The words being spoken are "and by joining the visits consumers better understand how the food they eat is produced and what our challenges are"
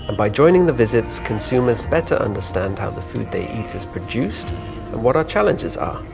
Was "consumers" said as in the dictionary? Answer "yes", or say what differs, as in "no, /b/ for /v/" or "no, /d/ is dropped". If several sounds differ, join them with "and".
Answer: yes